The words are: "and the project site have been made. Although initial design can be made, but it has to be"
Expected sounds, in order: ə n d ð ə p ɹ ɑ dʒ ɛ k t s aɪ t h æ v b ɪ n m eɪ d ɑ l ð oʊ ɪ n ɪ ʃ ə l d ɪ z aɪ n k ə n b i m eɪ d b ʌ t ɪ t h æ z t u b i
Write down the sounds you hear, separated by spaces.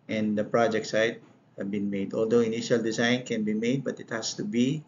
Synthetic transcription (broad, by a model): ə n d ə p ɹ ɑ dʒ ɛ k t s aɪ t h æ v b ɪ n m eɪ d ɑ l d oʊ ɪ n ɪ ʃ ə l d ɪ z aɪ n k ə n b i m eɪ d b ʌ t ɪ t h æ s t u b i